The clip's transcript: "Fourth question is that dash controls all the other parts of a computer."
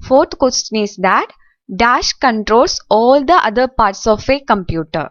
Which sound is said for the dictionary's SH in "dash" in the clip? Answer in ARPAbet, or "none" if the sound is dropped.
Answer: SH